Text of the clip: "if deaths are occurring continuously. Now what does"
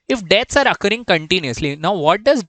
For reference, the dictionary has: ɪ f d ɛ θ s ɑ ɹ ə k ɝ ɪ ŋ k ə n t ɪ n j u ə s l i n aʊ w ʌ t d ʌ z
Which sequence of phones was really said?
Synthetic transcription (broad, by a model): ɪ f d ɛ t s ɑ ɹ ə k ɝ ɪ ŋ k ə n t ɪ n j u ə s l i n aʊ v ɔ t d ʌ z